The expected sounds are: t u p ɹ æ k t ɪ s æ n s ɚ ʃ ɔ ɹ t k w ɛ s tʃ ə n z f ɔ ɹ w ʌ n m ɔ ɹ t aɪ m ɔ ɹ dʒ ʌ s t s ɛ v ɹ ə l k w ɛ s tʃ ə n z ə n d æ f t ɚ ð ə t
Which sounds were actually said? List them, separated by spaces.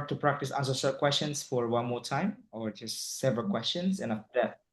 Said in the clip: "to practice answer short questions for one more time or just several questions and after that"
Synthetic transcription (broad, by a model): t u p ɹ æ k t ɪ s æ n s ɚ s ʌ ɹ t k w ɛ s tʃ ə n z f ɔ ɹ w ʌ n m ɔ ɹ t aɪ m ɔ ɹ dʒ ʌ s t s ɛ v ɹ ə l k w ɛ s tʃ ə n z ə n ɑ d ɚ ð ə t